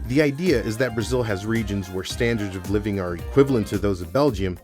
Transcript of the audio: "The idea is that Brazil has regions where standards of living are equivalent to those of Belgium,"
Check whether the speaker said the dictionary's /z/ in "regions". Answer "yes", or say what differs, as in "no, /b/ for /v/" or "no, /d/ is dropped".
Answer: yes